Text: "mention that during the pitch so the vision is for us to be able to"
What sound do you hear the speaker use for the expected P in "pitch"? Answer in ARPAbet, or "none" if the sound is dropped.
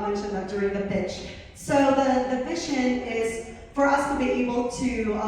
F